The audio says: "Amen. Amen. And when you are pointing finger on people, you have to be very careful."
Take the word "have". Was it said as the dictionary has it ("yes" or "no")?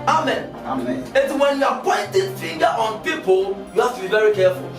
no